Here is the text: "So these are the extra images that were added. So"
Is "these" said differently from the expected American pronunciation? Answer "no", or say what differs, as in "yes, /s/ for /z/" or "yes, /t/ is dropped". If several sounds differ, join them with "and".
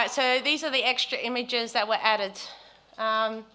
no